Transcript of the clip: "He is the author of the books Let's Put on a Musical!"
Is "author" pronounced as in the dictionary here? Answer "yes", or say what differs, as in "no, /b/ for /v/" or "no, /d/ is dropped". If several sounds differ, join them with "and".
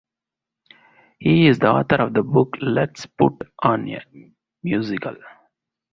no, /t/ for /θ/